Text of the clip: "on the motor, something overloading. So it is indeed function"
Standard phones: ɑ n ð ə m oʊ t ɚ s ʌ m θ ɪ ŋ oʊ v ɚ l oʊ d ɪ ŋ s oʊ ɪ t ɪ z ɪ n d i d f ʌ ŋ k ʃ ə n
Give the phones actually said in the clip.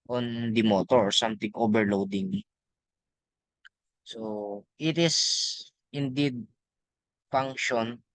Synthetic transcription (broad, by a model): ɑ n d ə m oʊ t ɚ s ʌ m t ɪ ŋ oʊ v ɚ l oʊ d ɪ ŋ s oʊ ɪ t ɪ s ɪ n d i d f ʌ ŋ k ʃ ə n